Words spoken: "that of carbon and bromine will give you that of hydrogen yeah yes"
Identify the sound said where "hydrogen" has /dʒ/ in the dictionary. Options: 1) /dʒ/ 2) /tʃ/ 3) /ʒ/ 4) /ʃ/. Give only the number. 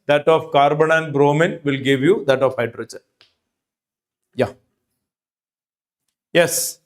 2